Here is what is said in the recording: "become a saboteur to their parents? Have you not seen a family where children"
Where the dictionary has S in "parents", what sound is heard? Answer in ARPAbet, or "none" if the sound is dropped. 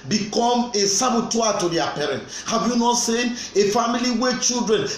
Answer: none